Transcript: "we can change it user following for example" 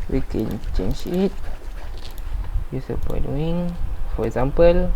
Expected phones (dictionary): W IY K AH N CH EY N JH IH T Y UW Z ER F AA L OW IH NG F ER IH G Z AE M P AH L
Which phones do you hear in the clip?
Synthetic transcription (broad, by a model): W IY K AH N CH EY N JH IH T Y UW S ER P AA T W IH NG F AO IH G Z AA M P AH L